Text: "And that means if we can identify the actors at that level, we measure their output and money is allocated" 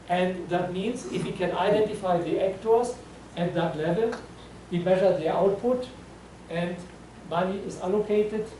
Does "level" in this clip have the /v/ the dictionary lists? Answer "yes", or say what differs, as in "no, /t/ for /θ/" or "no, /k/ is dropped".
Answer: yes